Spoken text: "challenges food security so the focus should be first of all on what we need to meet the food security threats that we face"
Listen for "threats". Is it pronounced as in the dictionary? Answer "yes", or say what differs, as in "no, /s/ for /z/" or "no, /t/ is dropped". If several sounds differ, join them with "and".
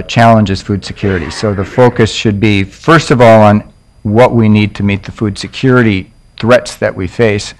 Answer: yes